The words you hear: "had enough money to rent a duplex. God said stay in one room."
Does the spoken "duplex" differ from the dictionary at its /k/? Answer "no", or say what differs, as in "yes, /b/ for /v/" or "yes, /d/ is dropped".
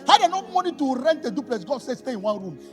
yes, /k/ is dropped